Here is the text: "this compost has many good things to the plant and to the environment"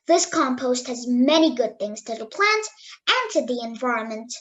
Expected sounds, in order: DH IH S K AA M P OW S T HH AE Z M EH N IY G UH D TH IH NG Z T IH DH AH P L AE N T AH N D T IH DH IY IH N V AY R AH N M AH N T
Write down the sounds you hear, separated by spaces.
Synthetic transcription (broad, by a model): DH IH S K AA M P OW S T HH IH Z M EH N IY G UH D TH IH NG Z T IH DH AH P L AE N T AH N T IH DH IY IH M V AY R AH N M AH N T